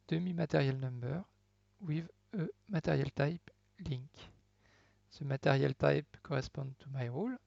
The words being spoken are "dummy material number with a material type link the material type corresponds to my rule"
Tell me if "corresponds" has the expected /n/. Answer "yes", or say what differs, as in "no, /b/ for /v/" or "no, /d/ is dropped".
no, /n/ is dropped